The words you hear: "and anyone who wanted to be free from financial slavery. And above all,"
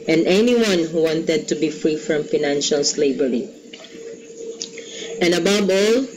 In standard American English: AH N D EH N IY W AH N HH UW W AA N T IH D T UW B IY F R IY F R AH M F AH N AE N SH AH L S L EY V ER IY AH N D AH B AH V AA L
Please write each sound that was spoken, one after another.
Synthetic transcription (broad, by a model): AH N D EH N IY W AH N HH UW W AA N T IH D T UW B IY F R IY F R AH M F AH N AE N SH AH L S L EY B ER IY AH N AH B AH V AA L